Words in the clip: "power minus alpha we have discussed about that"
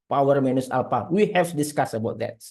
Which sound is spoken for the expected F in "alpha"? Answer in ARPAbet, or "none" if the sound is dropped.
P